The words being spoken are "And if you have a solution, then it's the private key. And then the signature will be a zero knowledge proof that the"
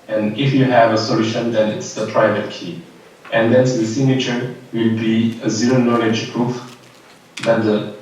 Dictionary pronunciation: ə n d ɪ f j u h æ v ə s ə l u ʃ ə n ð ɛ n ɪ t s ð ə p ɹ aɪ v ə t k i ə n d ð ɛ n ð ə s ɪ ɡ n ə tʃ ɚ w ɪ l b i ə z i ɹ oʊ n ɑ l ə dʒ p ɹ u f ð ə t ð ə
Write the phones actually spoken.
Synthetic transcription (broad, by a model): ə n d ɪ f j u h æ v ə s ə l u ʃ ə n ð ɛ n ɪ t s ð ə p ɹ aɪ v ə t k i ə n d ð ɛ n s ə s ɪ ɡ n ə tʃ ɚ w ɪ l b i ə z i ɹ oʊ n ɑ l ə dʒ p ɹ u f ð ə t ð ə